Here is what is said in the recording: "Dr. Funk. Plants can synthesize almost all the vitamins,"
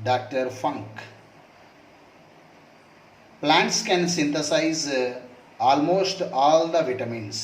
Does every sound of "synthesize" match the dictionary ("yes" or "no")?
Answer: no